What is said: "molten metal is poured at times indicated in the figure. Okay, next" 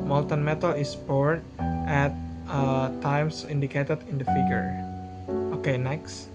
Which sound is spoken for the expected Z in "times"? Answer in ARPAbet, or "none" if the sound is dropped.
S